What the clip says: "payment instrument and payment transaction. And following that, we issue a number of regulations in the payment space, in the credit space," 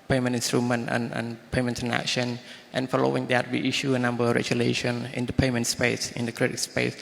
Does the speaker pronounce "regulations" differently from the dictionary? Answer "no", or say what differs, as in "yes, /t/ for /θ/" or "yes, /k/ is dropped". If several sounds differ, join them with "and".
yes, /z/ is dropped